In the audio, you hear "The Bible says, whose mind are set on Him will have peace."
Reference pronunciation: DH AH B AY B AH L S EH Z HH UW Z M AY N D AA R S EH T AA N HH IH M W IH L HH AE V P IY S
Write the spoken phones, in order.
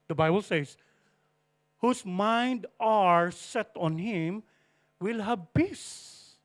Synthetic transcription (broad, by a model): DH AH B AY B AH L S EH S HH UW S M AY N D AA R S EH T AA N HH IH M W IH L HH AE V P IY S